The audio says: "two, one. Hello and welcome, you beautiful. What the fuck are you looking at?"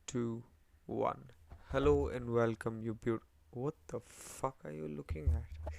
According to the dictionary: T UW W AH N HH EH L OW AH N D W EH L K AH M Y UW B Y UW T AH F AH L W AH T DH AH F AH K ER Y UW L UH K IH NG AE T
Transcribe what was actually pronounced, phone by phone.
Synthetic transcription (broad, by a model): T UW W AH N HH EH L OW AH N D W EH L K AH M Y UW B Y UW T W AH T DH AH F AH K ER Y UW L UH K IH NG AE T